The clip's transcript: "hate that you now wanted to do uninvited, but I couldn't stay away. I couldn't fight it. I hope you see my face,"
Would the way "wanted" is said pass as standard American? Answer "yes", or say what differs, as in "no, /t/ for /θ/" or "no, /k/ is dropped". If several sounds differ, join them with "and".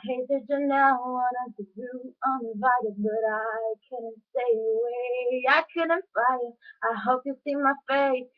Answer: no, /n/ is dropped